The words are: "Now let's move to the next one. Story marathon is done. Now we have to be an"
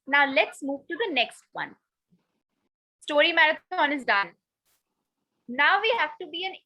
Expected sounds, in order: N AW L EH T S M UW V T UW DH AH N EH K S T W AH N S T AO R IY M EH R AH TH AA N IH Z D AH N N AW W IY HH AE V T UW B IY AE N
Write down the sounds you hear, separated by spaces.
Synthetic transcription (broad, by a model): N AW L EH T S M UW V T UW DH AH N EH K S T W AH N S T AO R IY M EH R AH T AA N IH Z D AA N N AW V IY HH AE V T UW B IY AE N